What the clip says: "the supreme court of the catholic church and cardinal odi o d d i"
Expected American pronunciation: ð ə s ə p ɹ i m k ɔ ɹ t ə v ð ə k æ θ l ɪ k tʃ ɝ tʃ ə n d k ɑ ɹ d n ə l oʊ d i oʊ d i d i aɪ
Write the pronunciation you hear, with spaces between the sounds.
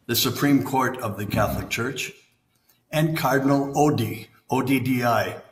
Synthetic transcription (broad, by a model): ð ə s ə p ɹ i m k ɔ ɹ t ə v ð ə k æ θ l ɪ k tʃ ɝ tʃ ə n k ɑ ɹ d n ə l oʊ d i oʊ d i d i aɪ